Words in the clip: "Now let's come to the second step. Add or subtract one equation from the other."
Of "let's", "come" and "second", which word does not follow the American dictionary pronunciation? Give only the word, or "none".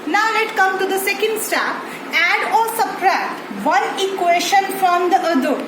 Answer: let's